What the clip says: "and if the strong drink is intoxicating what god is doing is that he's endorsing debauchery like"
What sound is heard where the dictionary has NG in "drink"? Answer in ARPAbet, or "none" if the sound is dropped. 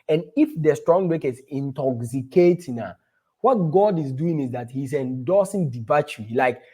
none